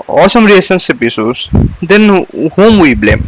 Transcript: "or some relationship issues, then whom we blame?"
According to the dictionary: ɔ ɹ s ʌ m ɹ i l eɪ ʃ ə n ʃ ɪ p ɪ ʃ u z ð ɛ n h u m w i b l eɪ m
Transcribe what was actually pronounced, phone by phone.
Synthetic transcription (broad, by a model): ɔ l s ʌ m ɹ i eɪ s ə n s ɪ p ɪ s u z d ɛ n h u m w i b l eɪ m